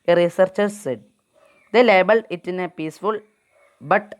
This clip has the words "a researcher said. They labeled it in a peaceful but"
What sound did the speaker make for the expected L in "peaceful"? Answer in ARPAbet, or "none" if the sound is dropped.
L